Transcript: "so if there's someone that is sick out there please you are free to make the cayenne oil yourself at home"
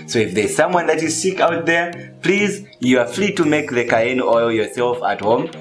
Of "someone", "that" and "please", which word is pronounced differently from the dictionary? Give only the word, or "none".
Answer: none